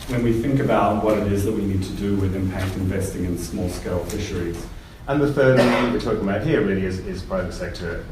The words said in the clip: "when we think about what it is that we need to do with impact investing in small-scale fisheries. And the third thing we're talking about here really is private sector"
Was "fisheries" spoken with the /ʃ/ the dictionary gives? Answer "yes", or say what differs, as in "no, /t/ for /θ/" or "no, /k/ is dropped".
yes